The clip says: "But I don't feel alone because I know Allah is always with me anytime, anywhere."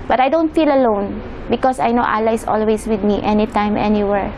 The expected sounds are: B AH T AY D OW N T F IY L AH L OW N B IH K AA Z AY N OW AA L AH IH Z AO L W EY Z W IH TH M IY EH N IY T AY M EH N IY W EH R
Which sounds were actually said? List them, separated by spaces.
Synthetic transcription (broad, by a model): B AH T AY D OW N T F IY L AH L OW N B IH K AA S AY N OW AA L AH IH S AO L W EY S W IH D M IY EH N IY T AY M EH N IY W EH R